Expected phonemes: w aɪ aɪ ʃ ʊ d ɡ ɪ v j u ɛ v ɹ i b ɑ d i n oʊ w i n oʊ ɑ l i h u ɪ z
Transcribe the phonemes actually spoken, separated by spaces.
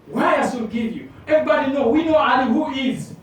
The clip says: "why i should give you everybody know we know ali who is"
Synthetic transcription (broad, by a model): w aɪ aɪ s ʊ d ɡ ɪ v j u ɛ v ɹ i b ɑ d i n oʊ w i n oʊ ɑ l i h u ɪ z